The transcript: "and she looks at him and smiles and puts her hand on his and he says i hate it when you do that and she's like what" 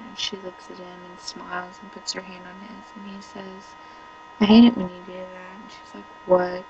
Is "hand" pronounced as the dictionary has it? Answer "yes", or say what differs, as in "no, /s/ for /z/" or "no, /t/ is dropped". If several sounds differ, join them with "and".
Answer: yes